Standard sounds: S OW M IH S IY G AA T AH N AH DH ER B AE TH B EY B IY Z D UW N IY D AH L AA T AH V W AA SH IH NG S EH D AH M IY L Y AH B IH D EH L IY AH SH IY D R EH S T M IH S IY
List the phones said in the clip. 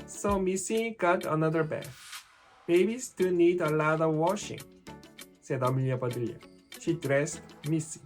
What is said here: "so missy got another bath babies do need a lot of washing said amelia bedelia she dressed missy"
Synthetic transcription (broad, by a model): S OW M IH S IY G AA T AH N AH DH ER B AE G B EY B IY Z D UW N IY D AH L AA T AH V W AA SH IH NG S EH D AH M IY L Y AH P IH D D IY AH SH IY D R EH S T M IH S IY